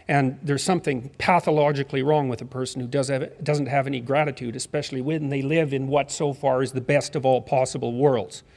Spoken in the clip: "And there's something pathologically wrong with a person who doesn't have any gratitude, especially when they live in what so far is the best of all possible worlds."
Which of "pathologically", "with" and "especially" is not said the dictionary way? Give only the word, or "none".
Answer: none